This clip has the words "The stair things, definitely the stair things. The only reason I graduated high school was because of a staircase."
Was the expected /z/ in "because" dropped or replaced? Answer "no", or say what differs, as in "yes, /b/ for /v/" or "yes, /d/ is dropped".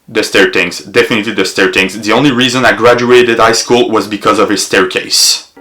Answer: no